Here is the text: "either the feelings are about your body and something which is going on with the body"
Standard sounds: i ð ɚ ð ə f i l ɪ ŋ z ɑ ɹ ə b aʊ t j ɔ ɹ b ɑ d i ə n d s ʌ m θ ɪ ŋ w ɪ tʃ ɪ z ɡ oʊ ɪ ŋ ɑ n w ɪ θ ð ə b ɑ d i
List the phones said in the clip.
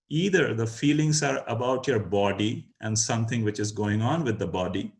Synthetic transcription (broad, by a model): i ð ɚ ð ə f i l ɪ ŋ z ɑ ɹ ə b aʊ t j ɔ ɹ b ɑ d i ə n d s ʌ m t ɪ ŋ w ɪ tʃ ɪ z ɡ oʊ ɪ ŋ ɑ n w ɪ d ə b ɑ d i